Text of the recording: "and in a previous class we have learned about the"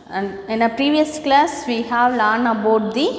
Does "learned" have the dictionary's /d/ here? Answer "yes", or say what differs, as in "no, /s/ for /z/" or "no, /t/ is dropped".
no, /d/ is dropped